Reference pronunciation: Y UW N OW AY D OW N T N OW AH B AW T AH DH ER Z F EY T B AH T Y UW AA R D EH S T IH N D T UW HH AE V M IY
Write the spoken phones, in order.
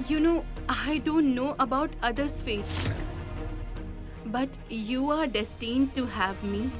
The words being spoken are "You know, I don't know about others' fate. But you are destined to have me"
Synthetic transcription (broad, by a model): Y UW N OW AY D OW N T N OW AH B AW T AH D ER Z F EY T B AH T Y UW AA R D EH S T IH N D T UW HH AE V M IY